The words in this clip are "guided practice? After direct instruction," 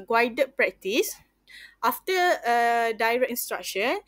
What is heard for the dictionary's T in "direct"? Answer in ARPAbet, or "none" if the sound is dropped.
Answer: none